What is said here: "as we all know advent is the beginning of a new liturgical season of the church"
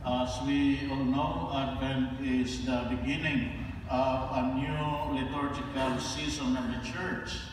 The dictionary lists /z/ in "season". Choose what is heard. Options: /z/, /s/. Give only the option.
/s/